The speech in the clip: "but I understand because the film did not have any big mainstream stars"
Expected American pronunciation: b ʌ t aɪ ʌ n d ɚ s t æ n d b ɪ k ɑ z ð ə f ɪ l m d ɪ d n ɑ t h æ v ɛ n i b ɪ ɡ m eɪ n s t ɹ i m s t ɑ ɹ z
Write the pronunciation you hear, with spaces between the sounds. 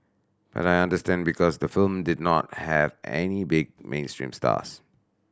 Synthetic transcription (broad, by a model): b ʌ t aɪ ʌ n d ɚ s t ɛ n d b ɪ k ɑ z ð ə f ɪ l m d ɪ d n ɑ t h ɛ v ɛ n i b ɪ ɡ m eɪ n s t ɹ i m s t ɑ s